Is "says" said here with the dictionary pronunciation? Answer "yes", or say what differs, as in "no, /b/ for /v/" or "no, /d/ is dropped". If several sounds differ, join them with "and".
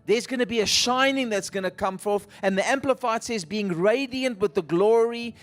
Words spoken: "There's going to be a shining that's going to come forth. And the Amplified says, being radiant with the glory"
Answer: yes